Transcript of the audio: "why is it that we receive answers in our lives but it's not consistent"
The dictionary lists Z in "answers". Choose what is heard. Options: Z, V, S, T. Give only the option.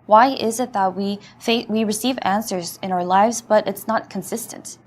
Z